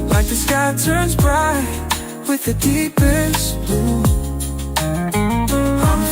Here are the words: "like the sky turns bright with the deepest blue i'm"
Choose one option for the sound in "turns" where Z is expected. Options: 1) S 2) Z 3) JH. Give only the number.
2